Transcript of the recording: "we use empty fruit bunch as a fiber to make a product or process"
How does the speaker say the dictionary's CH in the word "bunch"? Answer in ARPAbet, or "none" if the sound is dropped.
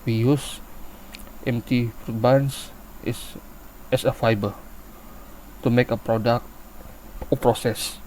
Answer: S